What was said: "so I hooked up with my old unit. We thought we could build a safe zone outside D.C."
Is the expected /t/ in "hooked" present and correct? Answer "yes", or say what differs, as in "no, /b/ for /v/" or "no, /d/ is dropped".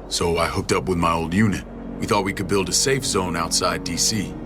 yes